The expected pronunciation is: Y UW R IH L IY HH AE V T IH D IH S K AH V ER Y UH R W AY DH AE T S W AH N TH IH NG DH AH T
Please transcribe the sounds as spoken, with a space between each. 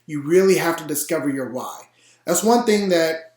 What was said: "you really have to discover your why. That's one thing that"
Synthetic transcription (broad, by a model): Y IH R IH L IY HH AE F T IH D IH S K AH V ER Y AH R W AY DH AE T S W AH N TH IH NG DH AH T